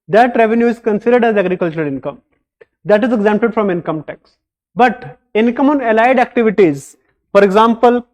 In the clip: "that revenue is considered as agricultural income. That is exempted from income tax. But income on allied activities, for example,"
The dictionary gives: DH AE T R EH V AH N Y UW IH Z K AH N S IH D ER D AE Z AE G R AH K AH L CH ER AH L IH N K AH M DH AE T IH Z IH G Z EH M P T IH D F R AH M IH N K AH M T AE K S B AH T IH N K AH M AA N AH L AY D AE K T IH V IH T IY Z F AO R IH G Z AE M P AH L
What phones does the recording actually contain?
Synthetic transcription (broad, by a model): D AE T R EH V AH N Y UW IH Z K AH N S IH D ER D AE Z AE G R AH K AH L CH ER AH L IH N K AH M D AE T IH Z IH G Z EH M P T IH D F R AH M IH N K AH M T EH K S B AH T IH N K AH M AA N AH L AY D AE K T IH V IH T IY Z F AO R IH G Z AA M P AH L